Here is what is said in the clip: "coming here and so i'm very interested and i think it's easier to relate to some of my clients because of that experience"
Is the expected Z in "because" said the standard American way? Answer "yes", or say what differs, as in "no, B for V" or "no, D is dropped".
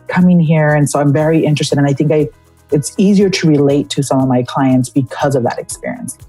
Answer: yes